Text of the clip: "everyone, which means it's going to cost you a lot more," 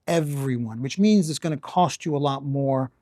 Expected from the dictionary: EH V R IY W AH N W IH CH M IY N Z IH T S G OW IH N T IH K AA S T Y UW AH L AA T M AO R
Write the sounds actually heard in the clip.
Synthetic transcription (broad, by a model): EH V R IY W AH N W IH CH M IY N Z IH T S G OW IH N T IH K AA S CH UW AH L AA T M AO R